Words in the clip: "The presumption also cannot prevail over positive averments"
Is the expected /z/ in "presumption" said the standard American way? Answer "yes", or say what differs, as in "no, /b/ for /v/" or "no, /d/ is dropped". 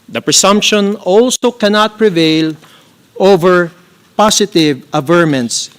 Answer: no, /s/ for /z/